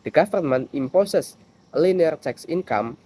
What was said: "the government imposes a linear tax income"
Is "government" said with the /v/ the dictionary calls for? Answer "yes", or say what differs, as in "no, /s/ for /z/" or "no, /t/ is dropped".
no, /f/ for /v/